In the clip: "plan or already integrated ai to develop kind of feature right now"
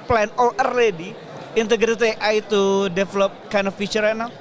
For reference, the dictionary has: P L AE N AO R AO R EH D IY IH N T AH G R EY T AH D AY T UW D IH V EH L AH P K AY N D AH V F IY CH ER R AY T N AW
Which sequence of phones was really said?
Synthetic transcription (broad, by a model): P L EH N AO L AO R EH D IY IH N T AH G R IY T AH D AY T UW D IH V L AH P K AY N D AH F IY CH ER R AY N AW